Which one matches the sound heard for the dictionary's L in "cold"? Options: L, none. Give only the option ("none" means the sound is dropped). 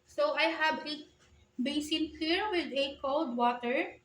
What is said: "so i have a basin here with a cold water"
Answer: L